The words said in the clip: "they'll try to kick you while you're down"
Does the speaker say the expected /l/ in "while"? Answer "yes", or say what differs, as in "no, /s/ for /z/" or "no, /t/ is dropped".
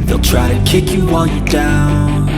no, /n/ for /l/